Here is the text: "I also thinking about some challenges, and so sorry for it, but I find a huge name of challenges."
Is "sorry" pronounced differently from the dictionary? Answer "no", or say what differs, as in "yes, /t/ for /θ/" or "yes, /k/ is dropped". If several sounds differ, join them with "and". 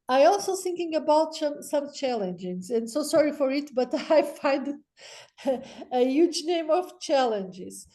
no